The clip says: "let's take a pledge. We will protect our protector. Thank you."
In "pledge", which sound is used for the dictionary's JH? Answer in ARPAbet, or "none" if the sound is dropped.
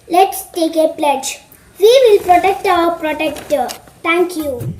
JH